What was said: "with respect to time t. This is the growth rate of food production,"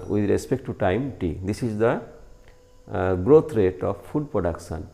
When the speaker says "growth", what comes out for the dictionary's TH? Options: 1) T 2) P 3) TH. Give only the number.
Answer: 1